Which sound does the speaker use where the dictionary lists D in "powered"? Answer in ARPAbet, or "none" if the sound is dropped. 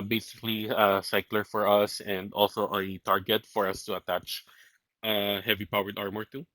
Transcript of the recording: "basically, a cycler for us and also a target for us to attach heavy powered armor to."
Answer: D